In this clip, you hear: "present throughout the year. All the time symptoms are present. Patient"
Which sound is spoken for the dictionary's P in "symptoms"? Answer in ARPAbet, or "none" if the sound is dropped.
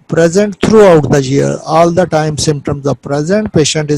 P